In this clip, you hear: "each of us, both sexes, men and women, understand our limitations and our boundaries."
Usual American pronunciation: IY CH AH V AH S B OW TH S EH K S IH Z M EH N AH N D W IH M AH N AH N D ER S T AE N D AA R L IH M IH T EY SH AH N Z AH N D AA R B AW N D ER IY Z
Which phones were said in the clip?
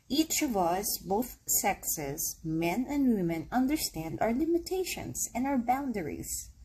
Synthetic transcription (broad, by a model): IY CH AH V AH S B OW TH S EH K S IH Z M EH N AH N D W IH M AH N AH N D ER S T AE N D AA R L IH M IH T EY SH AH N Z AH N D AA R B AW N D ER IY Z